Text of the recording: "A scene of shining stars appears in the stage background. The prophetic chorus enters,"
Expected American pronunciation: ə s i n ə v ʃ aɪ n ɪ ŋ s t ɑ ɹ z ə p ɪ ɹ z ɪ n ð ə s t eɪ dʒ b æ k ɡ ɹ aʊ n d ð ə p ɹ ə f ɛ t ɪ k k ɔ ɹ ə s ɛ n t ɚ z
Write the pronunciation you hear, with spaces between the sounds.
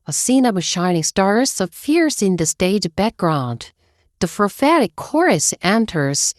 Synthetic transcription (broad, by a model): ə s i n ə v ʃ aɪ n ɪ ŋ s t ɑ ɹ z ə f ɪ ɹ s ɪ n ð ə s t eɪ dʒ b æ k ɡ ɹ aʊ n d ð ə f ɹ f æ t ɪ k k ɔ ɹ ə s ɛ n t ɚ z